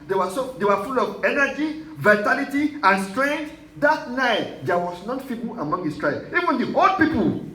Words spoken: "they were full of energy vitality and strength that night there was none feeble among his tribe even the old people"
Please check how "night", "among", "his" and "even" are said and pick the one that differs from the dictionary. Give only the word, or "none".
his